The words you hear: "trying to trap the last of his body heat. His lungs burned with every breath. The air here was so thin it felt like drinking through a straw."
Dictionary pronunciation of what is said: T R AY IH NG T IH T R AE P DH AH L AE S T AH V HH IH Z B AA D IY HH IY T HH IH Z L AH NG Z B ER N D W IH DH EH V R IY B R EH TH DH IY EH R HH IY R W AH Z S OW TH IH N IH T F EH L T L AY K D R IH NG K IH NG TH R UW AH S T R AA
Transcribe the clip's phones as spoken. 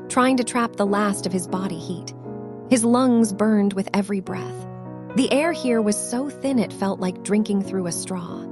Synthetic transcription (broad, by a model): T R AY IH NG T IH T R AE P DH AH L AE S T AH V IH Z B AA D IY HH IY T HH IH Z L AH NG Z B ER N D W IH DH EH V R IY B R EH TH DH IY EH R HH IY R W AH Z S OW TH IH N IH T F EH L T L AY K D R IH NG K IH NG TH R UW AH S T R AA